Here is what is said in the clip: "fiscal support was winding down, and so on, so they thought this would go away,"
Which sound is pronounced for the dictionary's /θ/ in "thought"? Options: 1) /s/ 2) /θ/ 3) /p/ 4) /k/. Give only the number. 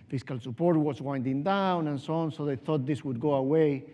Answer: 2